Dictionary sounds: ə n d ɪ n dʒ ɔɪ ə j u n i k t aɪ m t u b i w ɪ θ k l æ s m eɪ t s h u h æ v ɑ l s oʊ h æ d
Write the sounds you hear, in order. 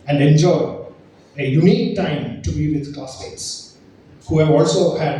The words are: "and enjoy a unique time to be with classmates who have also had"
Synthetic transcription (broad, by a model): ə n d ɪ n dʒ ɔɪ ə j u n i k t aɪ m t u b i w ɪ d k ɔ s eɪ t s h u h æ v ɑ l s oʊ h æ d